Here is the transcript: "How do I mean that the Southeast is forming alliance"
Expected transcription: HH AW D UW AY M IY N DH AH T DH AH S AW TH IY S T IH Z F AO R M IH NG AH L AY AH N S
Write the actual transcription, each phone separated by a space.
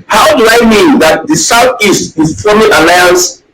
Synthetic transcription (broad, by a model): HH AW D UW AY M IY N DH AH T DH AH S AW TH IY S T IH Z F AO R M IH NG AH L AY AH N S